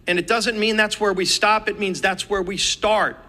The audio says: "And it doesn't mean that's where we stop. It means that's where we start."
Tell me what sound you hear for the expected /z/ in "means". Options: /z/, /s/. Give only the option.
/z/